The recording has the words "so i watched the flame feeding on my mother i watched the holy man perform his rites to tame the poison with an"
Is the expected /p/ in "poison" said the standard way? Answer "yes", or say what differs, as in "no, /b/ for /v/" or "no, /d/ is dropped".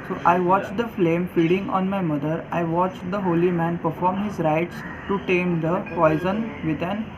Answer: yes